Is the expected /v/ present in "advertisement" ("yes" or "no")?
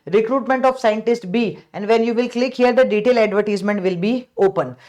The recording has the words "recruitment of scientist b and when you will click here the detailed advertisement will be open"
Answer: yes